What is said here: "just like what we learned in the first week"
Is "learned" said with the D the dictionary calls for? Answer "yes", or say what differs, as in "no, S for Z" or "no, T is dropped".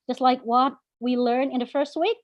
no, D is dropped